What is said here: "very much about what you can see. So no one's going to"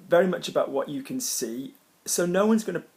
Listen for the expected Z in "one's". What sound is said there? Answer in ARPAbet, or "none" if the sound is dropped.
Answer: Z